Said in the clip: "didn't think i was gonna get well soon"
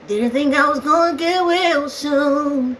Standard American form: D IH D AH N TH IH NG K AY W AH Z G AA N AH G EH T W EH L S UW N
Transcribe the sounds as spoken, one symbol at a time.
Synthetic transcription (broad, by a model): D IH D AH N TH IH NG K AY W AH Z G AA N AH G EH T W EH L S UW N